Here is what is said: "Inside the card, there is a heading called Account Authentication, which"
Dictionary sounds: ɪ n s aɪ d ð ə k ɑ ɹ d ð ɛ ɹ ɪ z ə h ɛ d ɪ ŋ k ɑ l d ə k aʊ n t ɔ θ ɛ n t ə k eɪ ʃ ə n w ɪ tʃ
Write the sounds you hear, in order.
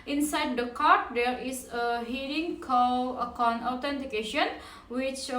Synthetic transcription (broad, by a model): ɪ n s aɪ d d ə k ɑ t d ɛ ɹ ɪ s ə h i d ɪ ŋ k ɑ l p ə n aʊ t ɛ n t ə k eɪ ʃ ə n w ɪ tʃ